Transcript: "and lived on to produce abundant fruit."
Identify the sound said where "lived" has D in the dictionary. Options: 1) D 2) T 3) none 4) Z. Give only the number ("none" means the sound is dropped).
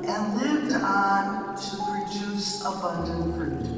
1